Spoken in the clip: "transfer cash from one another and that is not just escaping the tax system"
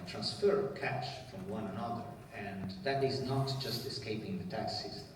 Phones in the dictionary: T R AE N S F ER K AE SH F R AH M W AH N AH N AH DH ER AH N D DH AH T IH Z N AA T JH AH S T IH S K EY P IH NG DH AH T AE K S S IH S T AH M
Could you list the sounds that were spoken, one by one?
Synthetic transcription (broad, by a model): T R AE N S F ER K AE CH F R AH M W AH N AH N AH DH ER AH N DH AH T IH Z N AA T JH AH S T IH S K EY P IH NG DH AH T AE K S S S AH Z